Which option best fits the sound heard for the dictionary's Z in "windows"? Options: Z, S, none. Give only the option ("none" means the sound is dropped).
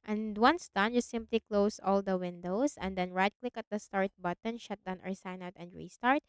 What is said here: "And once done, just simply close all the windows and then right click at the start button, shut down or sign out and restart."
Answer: S